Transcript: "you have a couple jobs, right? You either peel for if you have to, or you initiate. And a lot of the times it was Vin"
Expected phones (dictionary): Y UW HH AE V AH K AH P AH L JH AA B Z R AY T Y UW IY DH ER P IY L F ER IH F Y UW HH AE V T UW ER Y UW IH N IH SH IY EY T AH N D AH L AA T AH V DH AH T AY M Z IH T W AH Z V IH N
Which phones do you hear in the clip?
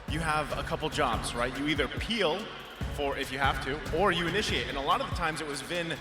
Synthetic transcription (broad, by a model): Y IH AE V AH K AH P L JH AA B Z R AY T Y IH IY DH ER P IY L F ER IH F Y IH HH AE F T UW ER Y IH IH N IH SH IY EY T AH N AH L AA T AH V DH AH T AY M Z IH T W AH Z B IH N